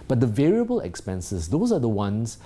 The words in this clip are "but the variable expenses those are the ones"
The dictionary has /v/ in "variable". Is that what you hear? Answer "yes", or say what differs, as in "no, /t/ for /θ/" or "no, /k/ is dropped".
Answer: yes